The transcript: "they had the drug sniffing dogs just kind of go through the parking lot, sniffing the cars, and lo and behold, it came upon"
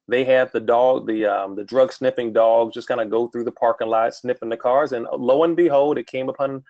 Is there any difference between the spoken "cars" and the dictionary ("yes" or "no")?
no